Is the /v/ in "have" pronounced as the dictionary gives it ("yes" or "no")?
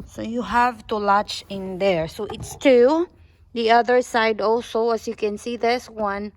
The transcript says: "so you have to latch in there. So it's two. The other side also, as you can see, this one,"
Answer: yes